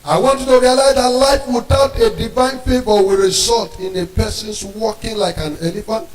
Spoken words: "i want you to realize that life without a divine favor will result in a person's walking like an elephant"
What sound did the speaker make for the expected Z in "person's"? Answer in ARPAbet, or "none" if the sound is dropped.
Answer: S